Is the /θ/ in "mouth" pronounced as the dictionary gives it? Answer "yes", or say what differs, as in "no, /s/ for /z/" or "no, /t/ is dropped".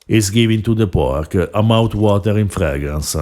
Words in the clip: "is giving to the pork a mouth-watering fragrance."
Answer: no, /t/ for /θ/